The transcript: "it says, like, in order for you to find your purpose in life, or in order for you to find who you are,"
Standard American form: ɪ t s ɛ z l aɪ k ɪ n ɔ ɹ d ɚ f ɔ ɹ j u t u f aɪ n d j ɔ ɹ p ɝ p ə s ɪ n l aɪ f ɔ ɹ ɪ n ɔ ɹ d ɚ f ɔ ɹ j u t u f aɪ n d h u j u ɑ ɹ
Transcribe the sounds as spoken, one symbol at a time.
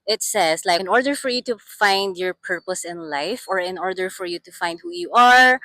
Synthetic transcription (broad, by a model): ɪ t s ɛ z l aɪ ɪ n ɔ ɹ d ɚ f ɔ ɹ j u t u f aɪ n d j ɔ ɹ p ɝ p ə s ɪ n l aɪ f ɔ ɹ ɪ n ɔ ɹ d ɚ f ɔ ɹ j u t u f aɪ n d h u j u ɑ ɹ